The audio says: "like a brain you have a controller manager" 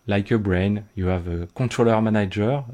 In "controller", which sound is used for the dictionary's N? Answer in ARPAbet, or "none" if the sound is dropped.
none